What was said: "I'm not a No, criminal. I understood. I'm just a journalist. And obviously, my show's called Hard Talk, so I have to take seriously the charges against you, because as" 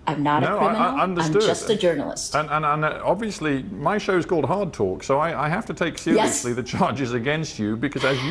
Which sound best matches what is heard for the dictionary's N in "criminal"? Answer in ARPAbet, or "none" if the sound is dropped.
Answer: none